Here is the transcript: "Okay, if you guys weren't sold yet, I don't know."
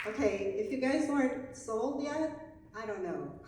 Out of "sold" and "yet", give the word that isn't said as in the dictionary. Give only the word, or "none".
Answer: yet